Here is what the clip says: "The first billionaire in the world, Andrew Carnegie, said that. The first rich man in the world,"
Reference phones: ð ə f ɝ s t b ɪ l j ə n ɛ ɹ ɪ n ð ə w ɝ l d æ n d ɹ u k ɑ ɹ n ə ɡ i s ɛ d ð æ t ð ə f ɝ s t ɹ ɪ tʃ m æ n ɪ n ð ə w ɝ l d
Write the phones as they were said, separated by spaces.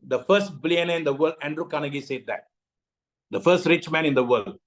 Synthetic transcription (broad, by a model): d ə f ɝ s t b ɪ l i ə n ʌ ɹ ɪ n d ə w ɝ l d æ n d ɹ u k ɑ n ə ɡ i s ɛ d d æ t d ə f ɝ s t ɹ ɪ tʃ m æ n ɪ n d ə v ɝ l d